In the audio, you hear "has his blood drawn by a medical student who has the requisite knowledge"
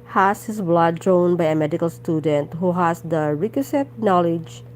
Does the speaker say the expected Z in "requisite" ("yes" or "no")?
no